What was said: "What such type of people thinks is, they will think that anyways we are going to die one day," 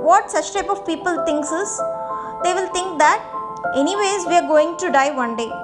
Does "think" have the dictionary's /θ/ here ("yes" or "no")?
no